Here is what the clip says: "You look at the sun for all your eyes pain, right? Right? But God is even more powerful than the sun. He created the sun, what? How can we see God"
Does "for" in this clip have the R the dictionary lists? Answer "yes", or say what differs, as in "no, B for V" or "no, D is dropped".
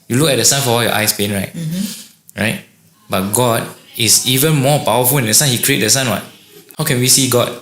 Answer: no, W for R